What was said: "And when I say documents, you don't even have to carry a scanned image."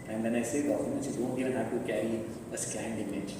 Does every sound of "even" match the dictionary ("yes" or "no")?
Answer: no